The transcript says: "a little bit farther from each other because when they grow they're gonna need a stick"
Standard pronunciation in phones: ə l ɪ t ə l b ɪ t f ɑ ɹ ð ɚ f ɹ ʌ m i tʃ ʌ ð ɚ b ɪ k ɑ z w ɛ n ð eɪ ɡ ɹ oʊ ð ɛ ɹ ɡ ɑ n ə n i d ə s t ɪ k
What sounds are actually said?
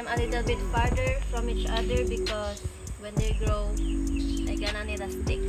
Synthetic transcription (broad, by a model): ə l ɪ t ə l b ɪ t f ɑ ɹ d ɚ f ɹ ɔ m i tʃ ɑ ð ɚ b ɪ k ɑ s w ɛ n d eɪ ɡ ɹ oʊ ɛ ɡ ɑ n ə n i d ə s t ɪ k